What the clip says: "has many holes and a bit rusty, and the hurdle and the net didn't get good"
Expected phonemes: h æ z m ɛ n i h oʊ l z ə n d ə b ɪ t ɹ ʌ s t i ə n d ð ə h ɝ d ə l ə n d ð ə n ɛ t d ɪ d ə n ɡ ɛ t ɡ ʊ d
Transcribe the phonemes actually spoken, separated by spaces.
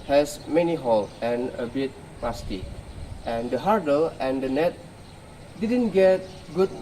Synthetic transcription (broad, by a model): h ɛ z m ɛ n i h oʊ l ə n ə b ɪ t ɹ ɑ s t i ə n d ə h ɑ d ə l ə n d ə n ɛ t d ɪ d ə n ɡ ɛ t ɡ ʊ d